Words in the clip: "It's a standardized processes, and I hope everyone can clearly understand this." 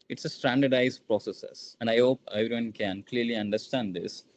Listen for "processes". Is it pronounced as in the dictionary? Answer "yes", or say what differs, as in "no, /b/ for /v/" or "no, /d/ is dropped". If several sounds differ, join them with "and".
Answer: no, /s/ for /z/